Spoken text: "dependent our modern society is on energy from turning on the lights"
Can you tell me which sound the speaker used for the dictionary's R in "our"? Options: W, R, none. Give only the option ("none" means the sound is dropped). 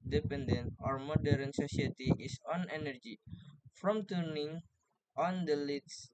R